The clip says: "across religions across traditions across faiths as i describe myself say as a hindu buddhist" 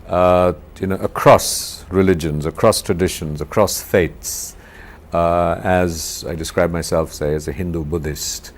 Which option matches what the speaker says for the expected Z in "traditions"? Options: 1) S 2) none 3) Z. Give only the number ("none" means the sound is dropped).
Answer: 3